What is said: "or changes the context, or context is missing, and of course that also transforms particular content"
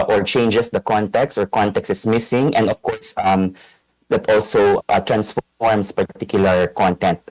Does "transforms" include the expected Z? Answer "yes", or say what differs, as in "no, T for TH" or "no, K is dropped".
no, S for Z